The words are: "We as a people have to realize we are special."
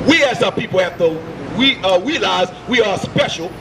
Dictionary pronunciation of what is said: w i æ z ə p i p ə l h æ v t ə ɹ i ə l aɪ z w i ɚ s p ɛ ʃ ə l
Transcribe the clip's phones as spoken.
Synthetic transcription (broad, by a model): w i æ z ə p i p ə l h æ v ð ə w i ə l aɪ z w i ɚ s p ɛ ʃ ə l